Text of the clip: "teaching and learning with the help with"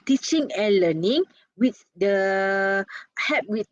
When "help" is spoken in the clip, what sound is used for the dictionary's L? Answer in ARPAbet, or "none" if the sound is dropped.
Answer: none